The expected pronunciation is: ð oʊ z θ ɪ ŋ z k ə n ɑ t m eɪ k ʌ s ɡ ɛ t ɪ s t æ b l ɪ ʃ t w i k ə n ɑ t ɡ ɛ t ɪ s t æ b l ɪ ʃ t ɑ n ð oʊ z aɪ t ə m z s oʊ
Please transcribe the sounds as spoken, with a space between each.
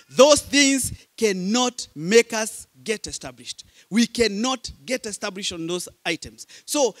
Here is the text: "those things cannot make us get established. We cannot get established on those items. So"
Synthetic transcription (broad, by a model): ð oʊ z θ ɪ ŋ z k ə n ɑ t m eɪ k ʌ s ɡ ɛ t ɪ s t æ b l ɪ ʃ t w i k ə n ɑ t ɡ ɛ t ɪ s t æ b l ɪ ʃ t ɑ n ð oʊ z aɪ t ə m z s oʊ